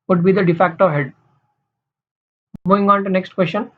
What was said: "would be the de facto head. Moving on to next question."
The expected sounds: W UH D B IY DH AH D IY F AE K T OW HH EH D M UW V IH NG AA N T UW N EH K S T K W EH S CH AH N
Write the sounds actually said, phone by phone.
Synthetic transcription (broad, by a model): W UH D B IY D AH D IY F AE K T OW HH EH D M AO IH NG AA N T UW N EH K S T K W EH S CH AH N